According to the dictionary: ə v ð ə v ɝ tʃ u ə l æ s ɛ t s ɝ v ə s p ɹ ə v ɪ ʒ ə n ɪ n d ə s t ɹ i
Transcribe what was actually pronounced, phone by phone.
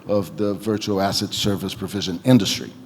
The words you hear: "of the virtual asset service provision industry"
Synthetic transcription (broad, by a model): ə v ð ə v ɝ tʃ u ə l æ s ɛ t s ɝ v ə s p ɹ ə v ɪ ʒ ə n ɪ n d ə s t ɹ i